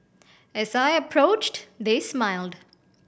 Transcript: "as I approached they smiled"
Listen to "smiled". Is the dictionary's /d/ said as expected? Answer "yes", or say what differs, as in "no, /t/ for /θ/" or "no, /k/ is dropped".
yes